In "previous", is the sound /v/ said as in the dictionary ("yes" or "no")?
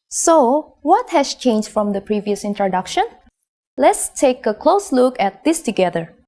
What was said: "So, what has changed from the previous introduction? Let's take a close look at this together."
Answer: yes